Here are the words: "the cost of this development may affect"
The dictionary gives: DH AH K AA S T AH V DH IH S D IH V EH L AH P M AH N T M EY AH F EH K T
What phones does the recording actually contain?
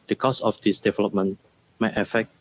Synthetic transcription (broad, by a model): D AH K AA S AH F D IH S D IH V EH L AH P M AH N M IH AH F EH K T